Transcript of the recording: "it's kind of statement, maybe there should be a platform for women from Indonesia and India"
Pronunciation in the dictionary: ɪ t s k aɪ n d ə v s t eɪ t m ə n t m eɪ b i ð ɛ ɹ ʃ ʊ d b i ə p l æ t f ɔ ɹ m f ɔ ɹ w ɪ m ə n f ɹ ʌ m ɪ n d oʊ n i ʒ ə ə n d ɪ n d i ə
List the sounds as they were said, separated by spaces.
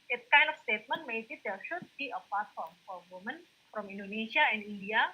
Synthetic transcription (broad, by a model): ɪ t k aɪ n d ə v s t eɪ t m ə n t m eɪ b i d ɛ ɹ ʃ ʊ d b i ə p ɑ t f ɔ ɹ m f ɔ ɹ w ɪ m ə n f ɹ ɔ m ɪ n d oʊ n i ʃ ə ə n d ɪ n d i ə